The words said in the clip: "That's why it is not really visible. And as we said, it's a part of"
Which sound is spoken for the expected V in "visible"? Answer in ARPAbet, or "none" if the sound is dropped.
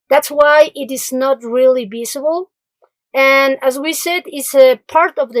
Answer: B